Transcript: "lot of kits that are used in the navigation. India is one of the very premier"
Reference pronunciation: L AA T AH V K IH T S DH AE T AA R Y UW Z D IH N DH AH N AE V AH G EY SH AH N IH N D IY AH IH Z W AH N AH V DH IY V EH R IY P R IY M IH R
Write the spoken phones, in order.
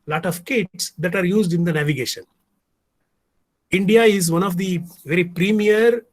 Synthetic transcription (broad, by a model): L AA T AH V K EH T S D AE T AA R Y UW Z D IH N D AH N AE V AH G EY SH AH N IH N D IY AH IH Z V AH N AH V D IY V EH R IY P R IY M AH R